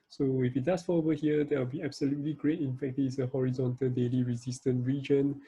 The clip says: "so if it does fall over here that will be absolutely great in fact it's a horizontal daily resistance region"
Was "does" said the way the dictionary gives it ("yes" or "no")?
no